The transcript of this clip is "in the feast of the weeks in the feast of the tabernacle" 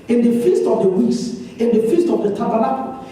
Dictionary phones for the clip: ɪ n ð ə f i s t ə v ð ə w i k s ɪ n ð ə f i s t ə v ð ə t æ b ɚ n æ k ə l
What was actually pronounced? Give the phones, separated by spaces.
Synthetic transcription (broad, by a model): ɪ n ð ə f i s t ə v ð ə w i s ɪ n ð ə f i s t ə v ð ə t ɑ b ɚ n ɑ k